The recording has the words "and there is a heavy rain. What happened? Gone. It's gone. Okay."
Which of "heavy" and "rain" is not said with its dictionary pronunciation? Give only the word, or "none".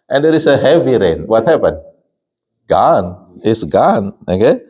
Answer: none